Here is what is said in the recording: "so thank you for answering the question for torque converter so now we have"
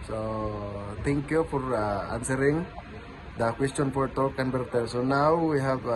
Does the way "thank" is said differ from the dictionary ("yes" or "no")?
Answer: yes